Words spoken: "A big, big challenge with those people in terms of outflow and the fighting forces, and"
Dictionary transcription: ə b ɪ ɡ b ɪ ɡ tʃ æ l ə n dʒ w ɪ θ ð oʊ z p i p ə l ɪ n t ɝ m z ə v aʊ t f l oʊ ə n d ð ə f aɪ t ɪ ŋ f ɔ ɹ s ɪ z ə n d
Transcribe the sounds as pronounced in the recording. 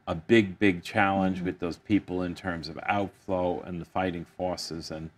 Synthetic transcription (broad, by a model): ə b ɪ ɡ b ɪ ɡ tʃ æ l ə n dʒ w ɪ ð oʊ z p i p l ɪ n t ɝ m z ə v aʊ t f l oʊ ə n ð ə f aɪ t ɪ ŋ f ɔ ɹ s ɪ z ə n